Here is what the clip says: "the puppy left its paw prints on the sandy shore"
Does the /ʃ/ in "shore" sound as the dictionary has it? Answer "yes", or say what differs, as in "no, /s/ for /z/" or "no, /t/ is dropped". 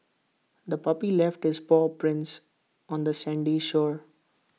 yes